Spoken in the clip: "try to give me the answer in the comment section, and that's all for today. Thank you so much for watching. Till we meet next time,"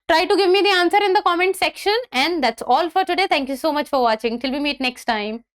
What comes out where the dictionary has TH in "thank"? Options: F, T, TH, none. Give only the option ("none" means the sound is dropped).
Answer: T